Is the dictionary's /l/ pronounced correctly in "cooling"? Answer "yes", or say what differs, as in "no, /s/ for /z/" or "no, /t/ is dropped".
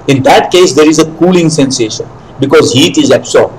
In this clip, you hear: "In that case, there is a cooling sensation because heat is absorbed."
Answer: yes